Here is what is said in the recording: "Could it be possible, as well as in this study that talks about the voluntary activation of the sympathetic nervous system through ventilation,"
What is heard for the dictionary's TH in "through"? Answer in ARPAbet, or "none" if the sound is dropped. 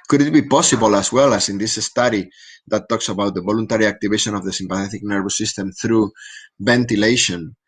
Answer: TH